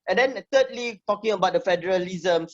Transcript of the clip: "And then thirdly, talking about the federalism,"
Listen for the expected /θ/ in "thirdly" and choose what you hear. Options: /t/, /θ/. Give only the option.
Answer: /t/